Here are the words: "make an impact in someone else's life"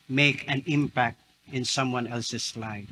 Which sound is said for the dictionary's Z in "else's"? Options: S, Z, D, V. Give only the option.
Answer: S